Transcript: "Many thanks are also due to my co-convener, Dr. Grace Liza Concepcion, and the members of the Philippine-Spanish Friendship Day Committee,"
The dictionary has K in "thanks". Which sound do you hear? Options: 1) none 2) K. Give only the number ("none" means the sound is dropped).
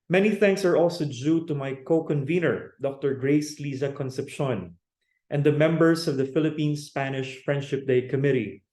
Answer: 2